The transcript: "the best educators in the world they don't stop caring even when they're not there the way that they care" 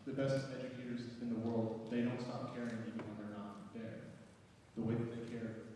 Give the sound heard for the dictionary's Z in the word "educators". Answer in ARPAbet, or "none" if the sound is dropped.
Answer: Z